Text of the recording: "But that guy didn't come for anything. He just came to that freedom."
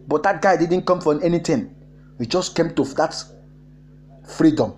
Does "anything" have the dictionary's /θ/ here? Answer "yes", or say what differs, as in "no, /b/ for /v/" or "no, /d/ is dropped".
no, /t/ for /θ/